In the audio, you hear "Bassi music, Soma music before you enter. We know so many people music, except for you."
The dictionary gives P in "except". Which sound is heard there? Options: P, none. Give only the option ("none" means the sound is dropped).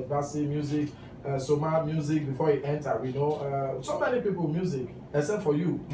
none